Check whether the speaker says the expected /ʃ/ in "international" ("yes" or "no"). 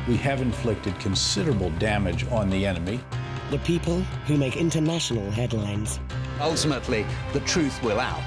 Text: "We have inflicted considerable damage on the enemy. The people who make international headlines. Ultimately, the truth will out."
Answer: yes